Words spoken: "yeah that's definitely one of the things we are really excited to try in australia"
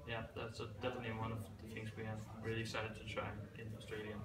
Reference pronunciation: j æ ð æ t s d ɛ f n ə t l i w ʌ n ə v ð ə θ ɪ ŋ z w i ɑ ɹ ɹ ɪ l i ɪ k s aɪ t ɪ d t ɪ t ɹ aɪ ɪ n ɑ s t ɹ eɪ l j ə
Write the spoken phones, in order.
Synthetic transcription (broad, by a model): j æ ð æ t s d ɛ f n ə t l i w ʌ n ə v ð ə θ ɪ ŋ z w i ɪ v ɹ ɪ l i ɪ k s aɪ t ɪ d t ɪ t ɹ aɪ ɪ n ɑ s t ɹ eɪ l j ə